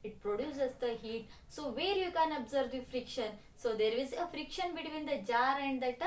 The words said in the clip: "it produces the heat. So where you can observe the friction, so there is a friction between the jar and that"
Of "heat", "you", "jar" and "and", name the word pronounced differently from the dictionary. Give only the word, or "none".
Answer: none